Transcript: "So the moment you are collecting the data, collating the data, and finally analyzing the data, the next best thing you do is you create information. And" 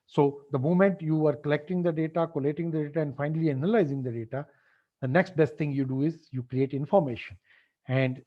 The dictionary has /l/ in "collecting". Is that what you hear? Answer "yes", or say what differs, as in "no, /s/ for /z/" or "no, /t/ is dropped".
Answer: yes